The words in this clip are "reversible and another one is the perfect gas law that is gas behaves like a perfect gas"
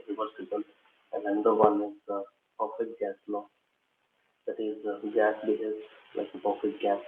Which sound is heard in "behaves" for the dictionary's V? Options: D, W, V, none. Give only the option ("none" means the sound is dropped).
none